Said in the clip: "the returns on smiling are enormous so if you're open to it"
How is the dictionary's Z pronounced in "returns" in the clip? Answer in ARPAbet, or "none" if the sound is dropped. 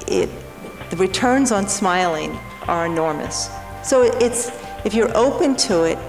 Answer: Z